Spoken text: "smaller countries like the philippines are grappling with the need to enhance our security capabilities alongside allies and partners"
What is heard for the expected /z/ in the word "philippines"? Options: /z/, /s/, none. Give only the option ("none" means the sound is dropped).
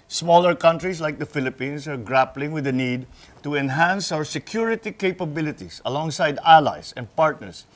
/s/